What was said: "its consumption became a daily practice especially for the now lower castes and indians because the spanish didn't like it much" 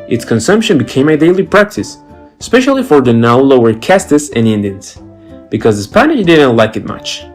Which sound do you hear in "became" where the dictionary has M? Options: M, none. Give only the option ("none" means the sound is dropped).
M